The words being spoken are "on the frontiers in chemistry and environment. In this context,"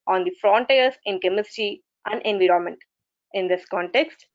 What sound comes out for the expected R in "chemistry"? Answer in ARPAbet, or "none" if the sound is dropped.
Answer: none